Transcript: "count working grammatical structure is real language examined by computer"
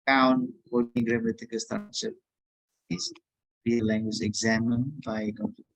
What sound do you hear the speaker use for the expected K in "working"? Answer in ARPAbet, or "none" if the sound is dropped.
none